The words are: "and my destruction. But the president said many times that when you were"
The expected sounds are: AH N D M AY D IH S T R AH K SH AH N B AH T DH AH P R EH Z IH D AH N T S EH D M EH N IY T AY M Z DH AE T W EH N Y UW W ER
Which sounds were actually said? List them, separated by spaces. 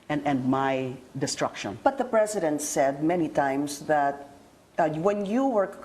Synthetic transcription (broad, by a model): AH N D M AY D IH S T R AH K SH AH N B AH T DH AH P R EH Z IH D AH N T S EH D M EH N IY T AY M S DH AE T W EH N Y UW W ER